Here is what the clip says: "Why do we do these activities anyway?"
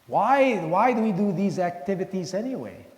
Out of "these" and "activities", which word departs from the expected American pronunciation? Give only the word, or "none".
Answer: none